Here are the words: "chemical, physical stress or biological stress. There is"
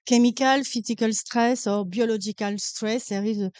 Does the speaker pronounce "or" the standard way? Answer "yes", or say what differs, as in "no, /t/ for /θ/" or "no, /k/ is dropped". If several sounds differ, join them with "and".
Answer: yes